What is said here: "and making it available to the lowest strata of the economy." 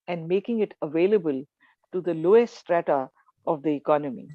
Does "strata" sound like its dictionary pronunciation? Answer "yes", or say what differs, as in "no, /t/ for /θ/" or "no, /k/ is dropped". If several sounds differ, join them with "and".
yes